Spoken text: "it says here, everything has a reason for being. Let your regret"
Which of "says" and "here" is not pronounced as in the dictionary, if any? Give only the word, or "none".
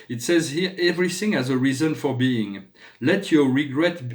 none